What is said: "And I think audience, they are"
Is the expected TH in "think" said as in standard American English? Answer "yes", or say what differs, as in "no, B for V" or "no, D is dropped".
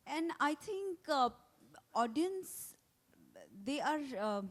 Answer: no, T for TH